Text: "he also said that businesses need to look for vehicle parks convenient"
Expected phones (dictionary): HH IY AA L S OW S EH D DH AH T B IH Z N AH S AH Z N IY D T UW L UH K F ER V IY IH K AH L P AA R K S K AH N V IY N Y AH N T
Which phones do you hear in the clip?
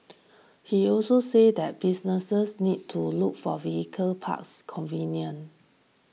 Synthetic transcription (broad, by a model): HH IY AA L S OW S EH D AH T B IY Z N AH S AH S N IY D T UW L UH K F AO V IY IH K AH L P AA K S K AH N V IY N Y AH N